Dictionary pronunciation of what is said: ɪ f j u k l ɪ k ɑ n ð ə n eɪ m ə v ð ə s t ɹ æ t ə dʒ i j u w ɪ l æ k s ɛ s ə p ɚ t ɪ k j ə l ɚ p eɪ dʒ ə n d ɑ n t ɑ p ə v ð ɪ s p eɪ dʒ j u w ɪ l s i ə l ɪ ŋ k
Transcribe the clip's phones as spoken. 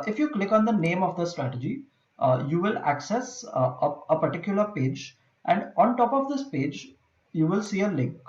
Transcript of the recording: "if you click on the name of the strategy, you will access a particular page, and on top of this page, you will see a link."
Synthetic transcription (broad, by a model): ɪ f j u k l ɪ k ɑ n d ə n eɪ m ə v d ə s t ɹ æ t ə dʒ i j u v ɪ l æ k s ɛ s ə p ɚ t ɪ k j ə l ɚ p eɪ dʒ ə n d ɑ n t ɑ p ə v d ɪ s p eɪ dʒ j u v ɪ l s i ə l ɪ ŋ k